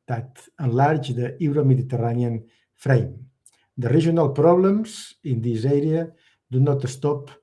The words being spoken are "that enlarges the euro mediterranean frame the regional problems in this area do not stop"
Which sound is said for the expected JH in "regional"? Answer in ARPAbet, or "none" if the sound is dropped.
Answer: ZH